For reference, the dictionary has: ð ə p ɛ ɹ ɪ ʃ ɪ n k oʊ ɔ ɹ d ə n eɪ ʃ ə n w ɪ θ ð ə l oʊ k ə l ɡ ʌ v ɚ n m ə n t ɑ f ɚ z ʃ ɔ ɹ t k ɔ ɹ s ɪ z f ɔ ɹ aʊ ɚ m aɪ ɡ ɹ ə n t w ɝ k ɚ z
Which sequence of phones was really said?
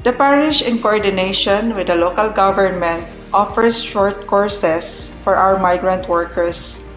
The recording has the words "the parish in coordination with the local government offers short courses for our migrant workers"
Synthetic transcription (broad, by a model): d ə p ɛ ɹ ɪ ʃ ɪ n k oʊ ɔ ɹ d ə n eɪ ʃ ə n w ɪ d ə l oʊ k ə l ɡ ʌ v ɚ n m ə n t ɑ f ɚ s ʃ ɔ ɹ t k ɔ ɹ s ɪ s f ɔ ɹ aʊ ɚ m aɪ ɡ ɹ ə n t w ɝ k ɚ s